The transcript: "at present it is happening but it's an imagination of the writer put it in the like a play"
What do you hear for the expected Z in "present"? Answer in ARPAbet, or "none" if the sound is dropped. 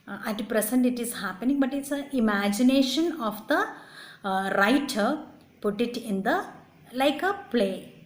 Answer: S